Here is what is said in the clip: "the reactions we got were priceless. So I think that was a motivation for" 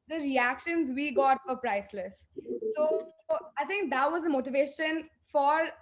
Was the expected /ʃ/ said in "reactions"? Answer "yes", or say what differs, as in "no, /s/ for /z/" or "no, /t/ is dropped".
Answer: yes